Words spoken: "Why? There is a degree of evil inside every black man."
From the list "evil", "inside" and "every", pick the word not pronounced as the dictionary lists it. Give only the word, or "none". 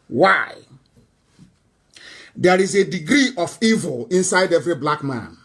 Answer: none